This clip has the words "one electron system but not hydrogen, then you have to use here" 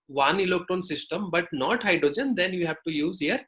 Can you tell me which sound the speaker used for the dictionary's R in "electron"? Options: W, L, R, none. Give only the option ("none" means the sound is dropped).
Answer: none